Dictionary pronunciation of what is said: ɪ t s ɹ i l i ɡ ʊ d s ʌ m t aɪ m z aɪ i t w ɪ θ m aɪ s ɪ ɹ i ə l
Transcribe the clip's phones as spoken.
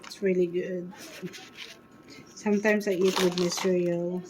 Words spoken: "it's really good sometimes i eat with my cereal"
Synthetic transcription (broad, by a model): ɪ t s ɹ i l i ɡ ʊ d s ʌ m t aɪ m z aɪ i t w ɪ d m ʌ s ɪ ɹ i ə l